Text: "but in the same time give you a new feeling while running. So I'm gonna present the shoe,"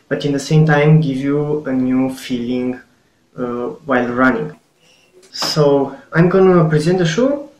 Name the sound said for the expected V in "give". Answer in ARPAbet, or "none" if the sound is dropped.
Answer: V